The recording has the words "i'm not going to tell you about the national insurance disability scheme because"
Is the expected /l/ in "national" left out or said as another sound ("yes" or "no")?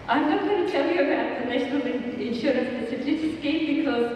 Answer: yes